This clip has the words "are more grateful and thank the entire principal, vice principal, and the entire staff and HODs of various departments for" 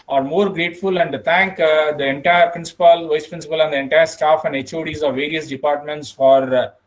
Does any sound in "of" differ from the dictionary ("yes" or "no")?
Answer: no